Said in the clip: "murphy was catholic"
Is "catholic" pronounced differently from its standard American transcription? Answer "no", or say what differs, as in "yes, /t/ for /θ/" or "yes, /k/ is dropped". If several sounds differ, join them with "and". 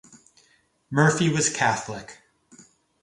no